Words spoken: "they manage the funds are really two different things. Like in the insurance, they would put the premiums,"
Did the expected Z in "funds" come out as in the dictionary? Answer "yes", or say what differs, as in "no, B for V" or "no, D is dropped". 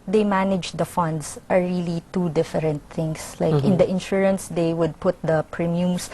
no, S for Z